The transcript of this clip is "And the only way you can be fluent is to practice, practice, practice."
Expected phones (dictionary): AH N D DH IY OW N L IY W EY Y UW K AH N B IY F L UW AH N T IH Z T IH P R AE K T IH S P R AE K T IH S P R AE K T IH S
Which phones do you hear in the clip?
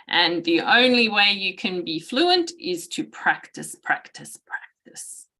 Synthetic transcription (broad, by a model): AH N DH IY OW N L IY W EY Y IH K AH N B IY F L UW AH N T IH Z T IH P R AE K T IH S P R AE K T IH S P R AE K T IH S